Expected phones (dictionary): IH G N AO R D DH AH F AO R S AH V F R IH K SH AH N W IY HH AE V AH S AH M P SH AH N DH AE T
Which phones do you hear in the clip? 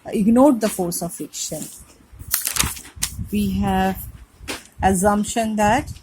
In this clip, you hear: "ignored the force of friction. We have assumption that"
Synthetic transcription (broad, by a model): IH G N AO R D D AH F AO R S AH V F IH K SH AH N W IY HH AE V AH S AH M P SH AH N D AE T